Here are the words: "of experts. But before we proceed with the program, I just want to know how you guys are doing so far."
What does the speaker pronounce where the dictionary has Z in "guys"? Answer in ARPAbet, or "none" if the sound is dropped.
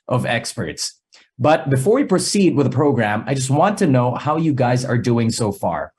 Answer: Z